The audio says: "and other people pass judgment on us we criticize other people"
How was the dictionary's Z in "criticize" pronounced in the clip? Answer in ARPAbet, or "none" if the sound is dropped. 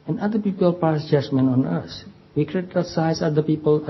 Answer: S